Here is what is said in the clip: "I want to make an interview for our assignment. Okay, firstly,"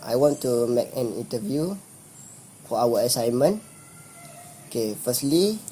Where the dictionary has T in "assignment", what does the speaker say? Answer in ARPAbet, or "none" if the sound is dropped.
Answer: none